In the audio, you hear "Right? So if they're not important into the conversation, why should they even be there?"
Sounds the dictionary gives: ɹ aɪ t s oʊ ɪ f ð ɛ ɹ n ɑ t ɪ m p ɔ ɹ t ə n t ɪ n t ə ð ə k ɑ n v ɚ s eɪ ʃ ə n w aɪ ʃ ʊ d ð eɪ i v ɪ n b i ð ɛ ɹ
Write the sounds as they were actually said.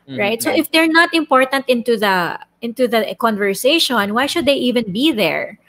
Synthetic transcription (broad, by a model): ɹ aɪ t s oʊ ɪ f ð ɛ ɹ n ɑ t ɪ m p ɔ ɹ t ə n t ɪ n t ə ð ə k ɑ n v ɚ s eɪ ʃ ə n w aɪ ʃ ʊ d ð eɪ i v ɪ n b i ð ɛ ɹ